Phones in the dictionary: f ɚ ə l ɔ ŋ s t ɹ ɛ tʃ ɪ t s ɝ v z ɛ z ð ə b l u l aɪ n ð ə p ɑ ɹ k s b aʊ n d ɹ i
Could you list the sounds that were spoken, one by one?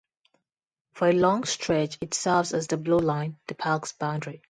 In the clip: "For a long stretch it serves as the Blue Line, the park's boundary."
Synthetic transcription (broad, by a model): f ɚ ə l ɔ ŋ s t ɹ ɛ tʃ ɪ t s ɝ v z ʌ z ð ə b l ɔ l aɪ n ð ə p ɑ l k s b aʊ n d ɹ i